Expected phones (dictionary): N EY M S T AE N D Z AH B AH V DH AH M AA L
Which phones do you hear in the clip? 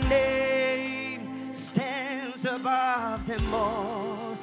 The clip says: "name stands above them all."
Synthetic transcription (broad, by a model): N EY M S T AE N D Z AH B AH V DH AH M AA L